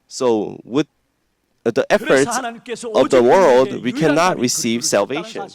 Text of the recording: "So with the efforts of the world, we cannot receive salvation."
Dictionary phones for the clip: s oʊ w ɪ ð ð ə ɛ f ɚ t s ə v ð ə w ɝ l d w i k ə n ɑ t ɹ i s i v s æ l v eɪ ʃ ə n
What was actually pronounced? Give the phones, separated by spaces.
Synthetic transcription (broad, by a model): s oʊ w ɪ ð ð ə ɛ f ɚ t s ə v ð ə w ɝ l d w i k ə n ɑ t ɹ i s i v s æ l v eɪ ʃ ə n